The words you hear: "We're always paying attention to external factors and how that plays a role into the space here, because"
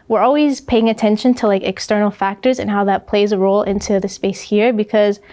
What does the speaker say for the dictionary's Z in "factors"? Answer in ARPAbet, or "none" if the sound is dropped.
Z